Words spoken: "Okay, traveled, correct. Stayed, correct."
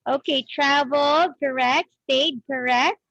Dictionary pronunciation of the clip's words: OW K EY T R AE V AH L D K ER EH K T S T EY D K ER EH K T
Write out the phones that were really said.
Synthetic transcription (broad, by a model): OW K EY T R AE AH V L K ER EH K T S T EY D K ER EH K T